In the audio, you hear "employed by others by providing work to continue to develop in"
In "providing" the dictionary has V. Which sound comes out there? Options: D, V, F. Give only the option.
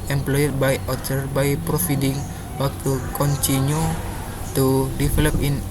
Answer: F